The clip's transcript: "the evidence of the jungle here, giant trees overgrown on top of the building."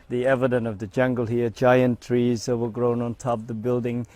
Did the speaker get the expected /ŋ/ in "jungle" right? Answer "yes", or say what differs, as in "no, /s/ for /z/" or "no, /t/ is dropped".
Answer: yes